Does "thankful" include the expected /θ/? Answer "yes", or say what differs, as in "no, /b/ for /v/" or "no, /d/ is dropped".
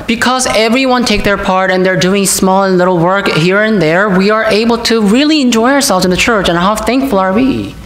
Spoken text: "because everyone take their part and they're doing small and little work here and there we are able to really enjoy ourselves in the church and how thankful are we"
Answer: yes